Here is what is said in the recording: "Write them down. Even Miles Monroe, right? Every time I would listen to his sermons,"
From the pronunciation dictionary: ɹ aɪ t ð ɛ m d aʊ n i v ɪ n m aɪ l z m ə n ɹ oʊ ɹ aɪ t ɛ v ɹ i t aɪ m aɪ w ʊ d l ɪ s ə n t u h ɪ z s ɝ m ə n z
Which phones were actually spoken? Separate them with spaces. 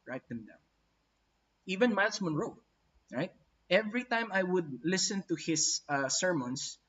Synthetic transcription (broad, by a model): ɹ aɪ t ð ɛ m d aʊ i v ɪ n m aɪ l s m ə n ɹ oʊ ɹ aɪ t ɛ v ɹ i t aɪ m aɪ w ʊ d l ɪ s ə n t u h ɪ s s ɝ m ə n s